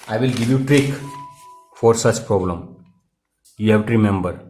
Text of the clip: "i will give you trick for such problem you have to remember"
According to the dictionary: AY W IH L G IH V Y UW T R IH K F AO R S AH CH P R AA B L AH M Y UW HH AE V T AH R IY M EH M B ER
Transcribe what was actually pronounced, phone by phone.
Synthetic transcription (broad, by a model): AY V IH L G IH V Y UW T R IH K F AO R S AH CH P R AA B L AH M Y UW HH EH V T R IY M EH M B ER